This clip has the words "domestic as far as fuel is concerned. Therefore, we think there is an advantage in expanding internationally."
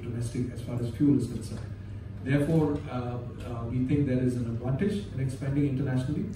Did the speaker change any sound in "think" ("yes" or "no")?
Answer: yes